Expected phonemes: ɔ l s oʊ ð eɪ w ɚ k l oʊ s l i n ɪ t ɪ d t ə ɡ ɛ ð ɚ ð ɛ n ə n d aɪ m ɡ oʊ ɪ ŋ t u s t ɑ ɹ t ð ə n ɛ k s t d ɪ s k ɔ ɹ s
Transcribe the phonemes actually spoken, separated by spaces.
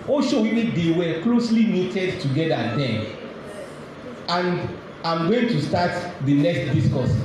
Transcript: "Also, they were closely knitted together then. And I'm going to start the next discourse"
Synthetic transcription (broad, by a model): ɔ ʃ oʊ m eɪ w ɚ k l oʊ s l i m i t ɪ d t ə ɡ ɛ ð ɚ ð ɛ ə n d aɪ m ɡ oʊ ɪ ŋ t u s t ɑ t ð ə n ɛ k s t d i s k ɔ s